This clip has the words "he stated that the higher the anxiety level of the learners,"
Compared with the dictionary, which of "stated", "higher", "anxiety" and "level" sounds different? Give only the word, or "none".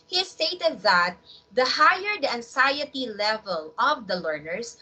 anxiety